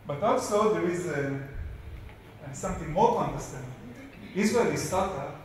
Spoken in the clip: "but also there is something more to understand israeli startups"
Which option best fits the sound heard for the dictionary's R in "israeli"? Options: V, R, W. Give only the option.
W